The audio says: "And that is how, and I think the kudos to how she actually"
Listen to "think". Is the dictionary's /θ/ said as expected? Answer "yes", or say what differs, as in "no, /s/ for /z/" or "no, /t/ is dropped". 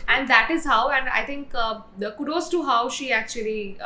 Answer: no, /t/ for /θ/